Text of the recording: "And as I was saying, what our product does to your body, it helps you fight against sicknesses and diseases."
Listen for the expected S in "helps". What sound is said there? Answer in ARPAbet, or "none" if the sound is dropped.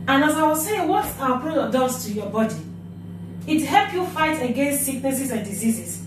none